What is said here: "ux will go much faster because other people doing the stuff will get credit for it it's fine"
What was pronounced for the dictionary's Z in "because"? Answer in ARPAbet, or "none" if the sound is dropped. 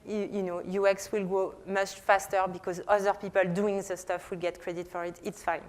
Z